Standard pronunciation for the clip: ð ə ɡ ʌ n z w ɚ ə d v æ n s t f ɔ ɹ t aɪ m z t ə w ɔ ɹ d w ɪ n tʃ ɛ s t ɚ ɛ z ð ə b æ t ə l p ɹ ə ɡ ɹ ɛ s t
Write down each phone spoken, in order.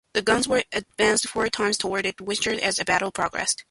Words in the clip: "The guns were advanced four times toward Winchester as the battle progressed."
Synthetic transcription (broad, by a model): ð ə ɡ ʌ n z w ɚ ə d v æ n s t f ɔ ɹ t aɪ m z t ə w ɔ ɹ d w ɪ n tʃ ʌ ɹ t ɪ z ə b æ t l p ɹ ə ɡ ɹ ɛ s t